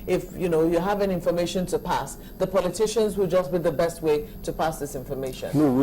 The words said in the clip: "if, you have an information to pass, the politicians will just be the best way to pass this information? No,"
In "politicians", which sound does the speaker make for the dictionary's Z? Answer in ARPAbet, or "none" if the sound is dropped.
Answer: Z